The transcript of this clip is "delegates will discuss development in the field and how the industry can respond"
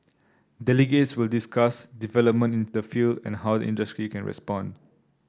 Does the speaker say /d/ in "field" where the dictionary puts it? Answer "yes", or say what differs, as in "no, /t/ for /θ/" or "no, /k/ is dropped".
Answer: yes